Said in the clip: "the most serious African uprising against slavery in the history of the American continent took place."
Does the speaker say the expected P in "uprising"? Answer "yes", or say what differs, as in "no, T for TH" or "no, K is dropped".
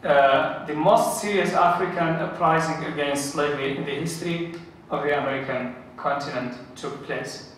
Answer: yes